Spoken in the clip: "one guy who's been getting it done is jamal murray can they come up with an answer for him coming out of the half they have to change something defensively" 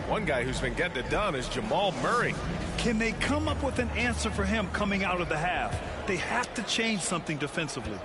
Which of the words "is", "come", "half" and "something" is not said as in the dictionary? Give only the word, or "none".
none